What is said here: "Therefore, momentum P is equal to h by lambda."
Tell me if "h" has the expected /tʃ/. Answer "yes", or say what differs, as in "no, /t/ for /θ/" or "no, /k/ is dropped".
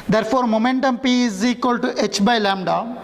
yes